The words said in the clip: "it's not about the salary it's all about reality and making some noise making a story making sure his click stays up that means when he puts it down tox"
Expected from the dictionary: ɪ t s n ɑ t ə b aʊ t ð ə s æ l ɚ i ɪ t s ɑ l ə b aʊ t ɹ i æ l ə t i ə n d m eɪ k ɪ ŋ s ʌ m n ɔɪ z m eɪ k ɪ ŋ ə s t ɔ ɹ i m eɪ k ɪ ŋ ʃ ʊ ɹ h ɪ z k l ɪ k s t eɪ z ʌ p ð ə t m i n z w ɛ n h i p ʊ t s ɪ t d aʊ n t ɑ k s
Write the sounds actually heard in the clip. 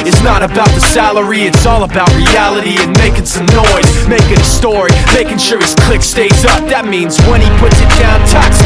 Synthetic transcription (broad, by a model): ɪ t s n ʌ t ə b aʊ t ð ə s æ l ɚ i ɪ t s ɑ l ə b aʊ t ɹ i æ l ə t i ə n m eɪ k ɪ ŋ s ʌ m n ɔɪ z m eɪ k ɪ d ə s t ɔ ɹ i m eɪ k ɪ ŋ ʃ ʊ ɹ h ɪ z k l ɪ k s t eɪ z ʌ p ð ə t m i n z w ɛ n i p ʊ t s ɪ t d aʊ n t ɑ k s